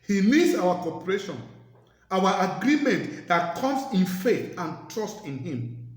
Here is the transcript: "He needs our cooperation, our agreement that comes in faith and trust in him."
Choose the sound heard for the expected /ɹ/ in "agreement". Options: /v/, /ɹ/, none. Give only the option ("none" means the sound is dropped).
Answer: /ɹ/